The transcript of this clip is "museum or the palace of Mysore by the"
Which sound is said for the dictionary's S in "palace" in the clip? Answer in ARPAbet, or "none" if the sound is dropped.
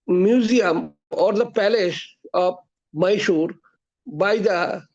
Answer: SH